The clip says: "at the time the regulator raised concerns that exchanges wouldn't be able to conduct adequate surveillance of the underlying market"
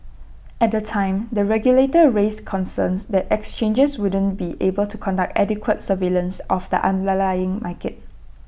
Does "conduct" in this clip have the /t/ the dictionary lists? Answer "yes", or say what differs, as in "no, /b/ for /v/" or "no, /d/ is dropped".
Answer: yes